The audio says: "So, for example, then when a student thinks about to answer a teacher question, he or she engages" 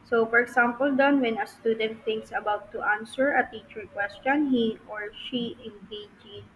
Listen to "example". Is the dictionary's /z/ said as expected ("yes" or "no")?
no